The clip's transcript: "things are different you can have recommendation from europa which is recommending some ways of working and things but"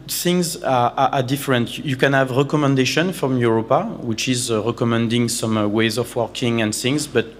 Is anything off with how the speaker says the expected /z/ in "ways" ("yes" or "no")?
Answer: no